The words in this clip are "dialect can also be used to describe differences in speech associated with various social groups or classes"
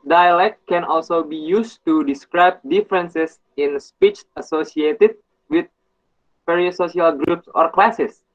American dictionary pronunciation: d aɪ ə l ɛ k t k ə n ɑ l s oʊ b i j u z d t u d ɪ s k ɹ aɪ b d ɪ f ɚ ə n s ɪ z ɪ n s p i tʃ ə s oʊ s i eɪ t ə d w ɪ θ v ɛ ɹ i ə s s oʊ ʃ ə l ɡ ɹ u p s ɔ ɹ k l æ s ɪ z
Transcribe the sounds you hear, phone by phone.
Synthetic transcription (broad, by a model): d aɪ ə l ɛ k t k ə n ɑ l s oʊ b i j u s t u d ɪ s k ɹ aɪ b d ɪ f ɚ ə n s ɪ s ɪ n s p i tʃ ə s oʊ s i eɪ t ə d w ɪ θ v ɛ ɹ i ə s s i ə l ɡ ɹ u p s ɔ ɹ k l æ s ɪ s